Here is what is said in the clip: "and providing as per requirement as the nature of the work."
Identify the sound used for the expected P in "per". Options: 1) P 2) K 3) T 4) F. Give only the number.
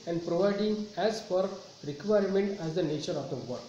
4